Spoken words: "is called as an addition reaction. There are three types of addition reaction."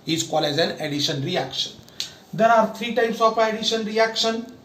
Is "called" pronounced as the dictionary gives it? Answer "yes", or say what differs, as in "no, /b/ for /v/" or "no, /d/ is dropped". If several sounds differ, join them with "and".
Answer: no, /d/ is dropped